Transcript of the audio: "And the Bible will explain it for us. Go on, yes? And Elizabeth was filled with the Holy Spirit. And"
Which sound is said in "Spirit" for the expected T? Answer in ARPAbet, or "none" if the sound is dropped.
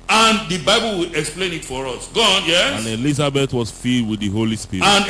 none